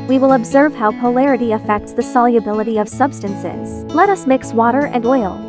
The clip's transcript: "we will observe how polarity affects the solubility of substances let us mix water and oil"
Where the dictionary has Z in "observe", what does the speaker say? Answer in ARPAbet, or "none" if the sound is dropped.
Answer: Z